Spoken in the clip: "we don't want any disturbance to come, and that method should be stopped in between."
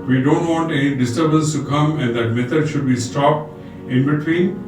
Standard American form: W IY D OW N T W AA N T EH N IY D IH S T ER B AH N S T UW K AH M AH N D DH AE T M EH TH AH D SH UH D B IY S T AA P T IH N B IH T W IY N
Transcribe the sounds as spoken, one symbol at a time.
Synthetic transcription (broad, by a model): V IY D OW N T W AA N T EH N IY D IH S T ER B AH N S T UW K AH M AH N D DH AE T M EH T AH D SH UH D B IY S T AA P T IH N B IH T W IY N